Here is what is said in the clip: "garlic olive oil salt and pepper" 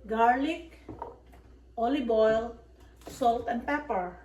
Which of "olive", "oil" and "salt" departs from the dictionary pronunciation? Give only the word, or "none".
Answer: olive